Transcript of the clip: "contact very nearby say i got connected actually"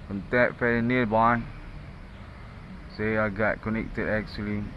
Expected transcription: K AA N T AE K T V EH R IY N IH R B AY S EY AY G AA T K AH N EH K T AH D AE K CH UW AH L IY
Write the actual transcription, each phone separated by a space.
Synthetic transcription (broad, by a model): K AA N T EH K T F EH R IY N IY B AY S EY AY G AA T K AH N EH K T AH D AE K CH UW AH L IY